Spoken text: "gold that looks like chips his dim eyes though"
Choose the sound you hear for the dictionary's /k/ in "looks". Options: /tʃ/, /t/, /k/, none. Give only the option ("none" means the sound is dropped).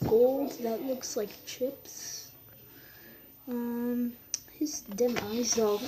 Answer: /k/